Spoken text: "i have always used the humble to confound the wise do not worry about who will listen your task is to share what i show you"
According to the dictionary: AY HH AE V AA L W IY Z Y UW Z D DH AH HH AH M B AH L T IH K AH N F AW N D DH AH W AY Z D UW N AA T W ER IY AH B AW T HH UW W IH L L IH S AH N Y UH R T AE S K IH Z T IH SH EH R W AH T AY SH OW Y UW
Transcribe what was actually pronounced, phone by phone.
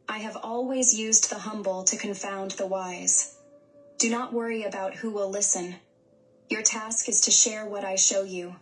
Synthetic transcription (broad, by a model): AY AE V AA L W IY Z Y UW Z DH AH HH AH M B L T IH K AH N F AW N DH AH W AY Z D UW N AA T W ER IY AH B AW T HH UW W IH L L IH S AH N Y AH R T AE S K IH Z T IH SH EH R W AH T AY SH OW Y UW